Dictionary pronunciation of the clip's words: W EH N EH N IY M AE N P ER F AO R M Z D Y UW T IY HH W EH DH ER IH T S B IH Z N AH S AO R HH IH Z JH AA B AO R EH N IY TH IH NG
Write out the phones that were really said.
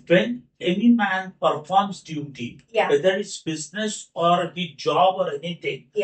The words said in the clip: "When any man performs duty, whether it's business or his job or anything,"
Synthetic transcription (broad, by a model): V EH N EH N IY M AE N P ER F AO R M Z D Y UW T IY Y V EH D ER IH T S B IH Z N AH S AO R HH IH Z JH AA B AO R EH N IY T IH NG